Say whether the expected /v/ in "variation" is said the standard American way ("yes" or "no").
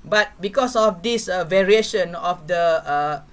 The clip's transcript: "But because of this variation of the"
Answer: yes